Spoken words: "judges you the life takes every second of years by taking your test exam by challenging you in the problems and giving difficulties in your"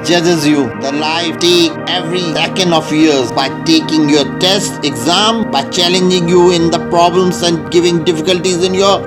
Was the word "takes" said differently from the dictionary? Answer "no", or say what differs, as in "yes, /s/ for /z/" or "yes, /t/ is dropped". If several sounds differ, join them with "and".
yes, /s/ is dropped